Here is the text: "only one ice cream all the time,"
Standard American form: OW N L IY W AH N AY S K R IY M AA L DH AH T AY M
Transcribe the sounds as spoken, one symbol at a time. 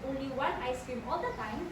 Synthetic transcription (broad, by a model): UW L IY W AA N AY S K IY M AA L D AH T AY M